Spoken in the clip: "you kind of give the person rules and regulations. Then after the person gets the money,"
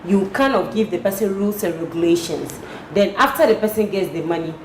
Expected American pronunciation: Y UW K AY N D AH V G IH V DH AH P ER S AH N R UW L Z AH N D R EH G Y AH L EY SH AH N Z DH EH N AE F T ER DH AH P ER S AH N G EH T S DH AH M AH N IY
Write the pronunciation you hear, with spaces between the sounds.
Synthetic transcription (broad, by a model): Y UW K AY N AH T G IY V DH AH P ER S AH N R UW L S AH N R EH G Y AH L EY SH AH N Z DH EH N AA F T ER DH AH P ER S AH N G EH T S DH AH M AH N IY